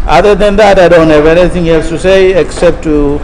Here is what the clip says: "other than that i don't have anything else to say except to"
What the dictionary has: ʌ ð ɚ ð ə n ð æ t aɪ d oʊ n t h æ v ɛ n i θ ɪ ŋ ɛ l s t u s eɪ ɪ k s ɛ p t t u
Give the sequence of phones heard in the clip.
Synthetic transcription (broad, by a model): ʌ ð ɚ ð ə n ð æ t aɪ d oʊ n t h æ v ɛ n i t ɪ ŋ ɛ l s t u s eɪ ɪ k s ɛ p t t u